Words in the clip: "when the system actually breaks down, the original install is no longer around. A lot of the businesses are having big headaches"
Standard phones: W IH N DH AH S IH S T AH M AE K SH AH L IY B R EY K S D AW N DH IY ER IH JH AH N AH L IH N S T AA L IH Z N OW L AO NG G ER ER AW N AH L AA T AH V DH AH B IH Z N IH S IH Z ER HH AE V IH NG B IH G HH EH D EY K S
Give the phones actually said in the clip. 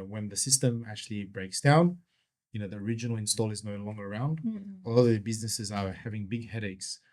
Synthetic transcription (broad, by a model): W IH N DH AH S IH S T AH M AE K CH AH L IY B R EY K S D AW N DH IY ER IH JH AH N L IH N S T AA L IH Z N OW L AO NG G ER ER AW N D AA AH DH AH B IH Z N IH S IH Z ER HH AE V IH NG B IH G HH EH D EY K S